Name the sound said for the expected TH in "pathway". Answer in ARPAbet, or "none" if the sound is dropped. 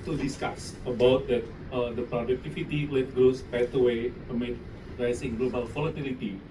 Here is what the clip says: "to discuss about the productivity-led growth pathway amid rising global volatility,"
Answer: T